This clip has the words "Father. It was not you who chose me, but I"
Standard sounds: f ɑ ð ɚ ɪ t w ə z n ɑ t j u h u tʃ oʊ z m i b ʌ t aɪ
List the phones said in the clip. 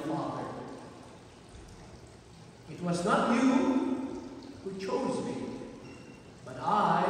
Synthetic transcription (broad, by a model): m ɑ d ɪ t w ə z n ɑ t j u h u tʃ oʊ z m i b ʌ t aɪ